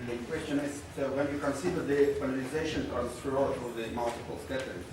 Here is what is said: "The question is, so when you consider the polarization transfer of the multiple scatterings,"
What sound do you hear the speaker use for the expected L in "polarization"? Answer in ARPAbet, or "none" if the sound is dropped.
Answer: N